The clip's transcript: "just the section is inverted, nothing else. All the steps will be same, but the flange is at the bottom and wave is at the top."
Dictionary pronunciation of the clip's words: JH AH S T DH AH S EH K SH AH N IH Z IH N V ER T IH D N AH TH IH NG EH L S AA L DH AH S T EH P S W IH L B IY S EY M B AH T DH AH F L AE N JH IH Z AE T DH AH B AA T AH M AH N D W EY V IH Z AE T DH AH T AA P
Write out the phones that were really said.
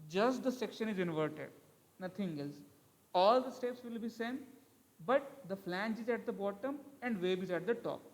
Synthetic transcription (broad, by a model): JH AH S T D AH S EH K SH AH N IH Z IH N V ER T IH D N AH T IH NG EH L S AA L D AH S T EH P S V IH L B IY S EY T B AH T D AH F L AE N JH IH Z AE T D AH B AA T AH M AH N D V EY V IH Z AE T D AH T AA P